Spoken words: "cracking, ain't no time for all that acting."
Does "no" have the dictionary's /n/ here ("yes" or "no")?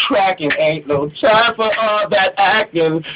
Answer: no